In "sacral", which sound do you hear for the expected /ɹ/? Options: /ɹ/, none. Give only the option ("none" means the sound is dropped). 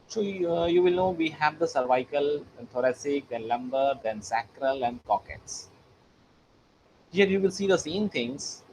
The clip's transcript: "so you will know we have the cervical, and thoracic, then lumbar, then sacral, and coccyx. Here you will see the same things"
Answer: /ɹ/